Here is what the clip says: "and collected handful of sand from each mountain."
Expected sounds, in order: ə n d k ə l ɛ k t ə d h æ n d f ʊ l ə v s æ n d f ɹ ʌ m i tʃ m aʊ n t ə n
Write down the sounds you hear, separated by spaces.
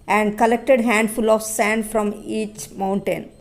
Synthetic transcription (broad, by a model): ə n d k ə l ɛ k t ə d h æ n d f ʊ l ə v s æ n d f ɹ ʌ m i tʃ m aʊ n t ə n